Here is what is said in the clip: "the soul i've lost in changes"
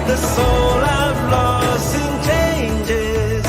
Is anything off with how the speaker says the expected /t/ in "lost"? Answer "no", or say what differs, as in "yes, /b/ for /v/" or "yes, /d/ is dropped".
yes, /t/ is dropped